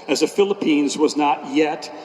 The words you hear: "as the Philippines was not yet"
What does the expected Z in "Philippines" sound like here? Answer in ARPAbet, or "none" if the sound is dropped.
Z